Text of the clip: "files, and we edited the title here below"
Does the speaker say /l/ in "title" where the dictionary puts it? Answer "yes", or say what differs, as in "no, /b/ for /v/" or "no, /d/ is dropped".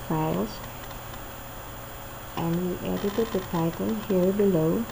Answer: no, /n/ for /l/